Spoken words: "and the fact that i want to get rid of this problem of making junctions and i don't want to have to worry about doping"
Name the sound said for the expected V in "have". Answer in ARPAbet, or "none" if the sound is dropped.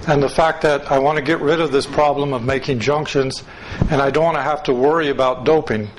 F